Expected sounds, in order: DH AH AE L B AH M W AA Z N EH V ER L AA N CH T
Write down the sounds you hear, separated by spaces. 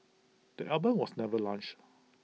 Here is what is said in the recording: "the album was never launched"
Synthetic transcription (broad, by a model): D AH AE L B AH M W AA S N EH V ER L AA N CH